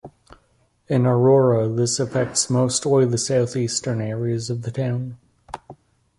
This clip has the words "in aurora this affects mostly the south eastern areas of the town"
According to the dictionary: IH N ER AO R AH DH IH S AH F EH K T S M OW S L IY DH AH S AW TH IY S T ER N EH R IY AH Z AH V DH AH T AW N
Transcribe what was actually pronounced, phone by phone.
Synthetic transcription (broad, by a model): IH N ER AO R AH DH IH S AH F EH K T S M OW S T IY DH AH S AW TH IY S T ER N EH R IY AH Z AH V DH AH T AW N